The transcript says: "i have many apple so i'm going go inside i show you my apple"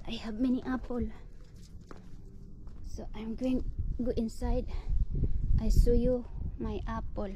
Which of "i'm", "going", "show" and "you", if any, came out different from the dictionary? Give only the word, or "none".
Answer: show